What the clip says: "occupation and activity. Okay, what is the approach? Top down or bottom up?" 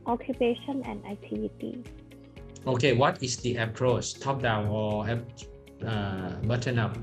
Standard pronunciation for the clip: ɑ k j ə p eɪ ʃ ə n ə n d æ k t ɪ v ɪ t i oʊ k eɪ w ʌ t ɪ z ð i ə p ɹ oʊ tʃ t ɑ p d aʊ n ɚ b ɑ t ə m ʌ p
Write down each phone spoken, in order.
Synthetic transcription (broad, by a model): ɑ k j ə p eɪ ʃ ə n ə n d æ k t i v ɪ t i oʊ k eɪ w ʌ t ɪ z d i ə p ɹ oʊ s t ɑ p d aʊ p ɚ b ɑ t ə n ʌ p